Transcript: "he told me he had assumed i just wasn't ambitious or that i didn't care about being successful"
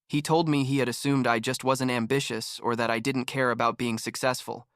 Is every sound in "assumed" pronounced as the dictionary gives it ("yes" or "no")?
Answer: yes